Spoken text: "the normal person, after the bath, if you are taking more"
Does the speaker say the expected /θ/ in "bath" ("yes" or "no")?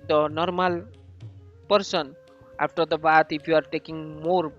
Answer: no